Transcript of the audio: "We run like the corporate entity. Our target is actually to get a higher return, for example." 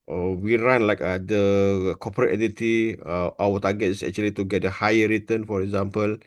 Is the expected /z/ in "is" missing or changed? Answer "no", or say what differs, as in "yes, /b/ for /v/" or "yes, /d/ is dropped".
yes, /s/ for /z/